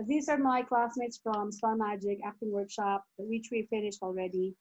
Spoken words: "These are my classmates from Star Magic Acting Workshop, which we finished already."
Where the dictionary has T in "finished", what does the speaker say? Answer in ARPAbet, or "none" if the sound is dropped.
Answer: T